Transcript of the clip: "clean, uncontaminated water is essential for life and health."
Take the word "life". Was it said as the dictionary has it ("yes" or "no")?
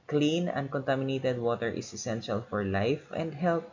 yes